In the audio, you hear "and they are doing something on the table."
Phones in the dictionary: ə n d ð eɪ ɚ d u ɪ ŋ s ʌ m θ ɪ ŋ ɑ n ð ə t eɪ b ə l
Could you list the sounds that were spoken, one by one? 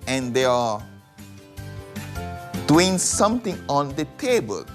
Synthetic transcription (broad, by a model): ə n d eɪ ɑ d u ɪ ŋ s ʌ m t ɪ ŋ ɑ n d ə t eɪ b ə l